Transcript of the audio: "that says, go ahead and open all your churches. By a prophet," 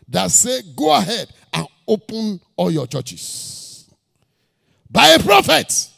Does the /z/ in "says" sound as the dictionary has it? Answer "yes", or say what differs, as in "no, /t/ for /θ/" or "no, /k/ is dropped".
no, /z/ is dropped